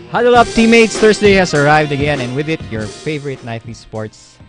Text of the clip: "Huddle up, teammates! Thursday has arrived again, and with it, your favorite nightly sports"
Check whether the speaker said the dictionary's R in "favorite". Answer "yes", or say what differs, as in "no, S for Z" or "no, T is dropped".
yes